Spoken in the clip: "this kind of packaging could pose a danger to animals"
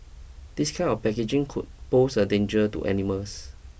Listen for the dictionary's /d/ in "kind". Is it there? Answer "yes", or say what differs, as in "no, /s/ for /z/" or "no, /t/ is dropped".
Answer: no, /d/ is dropped